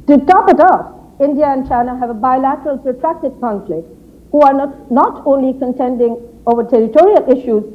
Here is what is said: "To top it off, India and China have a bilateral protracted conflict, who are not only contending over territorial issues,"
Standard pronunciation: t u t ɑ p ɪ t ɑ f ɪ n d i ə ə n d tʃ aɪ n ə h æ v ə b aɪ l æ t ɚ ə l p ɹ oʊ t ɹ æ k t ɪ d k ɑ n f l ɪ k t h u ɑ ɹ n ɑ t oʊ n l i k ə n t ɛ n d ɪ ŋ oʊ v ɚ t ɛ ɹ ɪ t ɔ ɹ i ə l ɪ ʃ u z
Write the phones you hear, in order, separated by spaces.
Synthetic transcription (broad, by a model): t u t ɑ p ɪ t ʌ p ɪ n d i ə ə n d tʃ aɪ n ə h æ v ə b aɪ l æ t ɚ ə l p ɹ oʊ t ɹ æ k t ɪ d k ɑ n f l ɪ k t h u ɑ ɹ n ɑ t oʊ n l i k ə n t ɛ n d ɪ ŋ oʊ v ɚ t ɛ ɹ ɪ t ɔ ɹ i ə l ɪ ʃ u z